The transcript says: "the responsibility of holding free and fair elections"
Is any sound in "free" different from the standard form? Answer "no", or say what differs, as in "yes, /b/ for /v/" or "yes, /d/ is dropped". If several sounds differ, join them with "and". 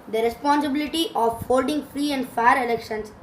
no